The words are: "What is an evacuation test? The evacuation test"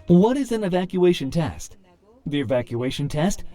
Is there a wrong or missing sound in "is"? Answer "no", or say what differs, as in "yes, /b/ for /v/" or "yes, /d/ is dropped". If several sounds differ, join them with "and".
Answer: no